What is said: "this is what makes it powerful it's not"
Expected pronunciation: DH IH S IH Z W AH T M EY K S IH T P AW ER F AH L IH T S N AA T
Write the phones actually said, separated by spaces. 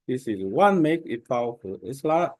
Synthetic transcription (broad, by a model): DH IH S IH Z W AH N M EY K IH T P AW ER F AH L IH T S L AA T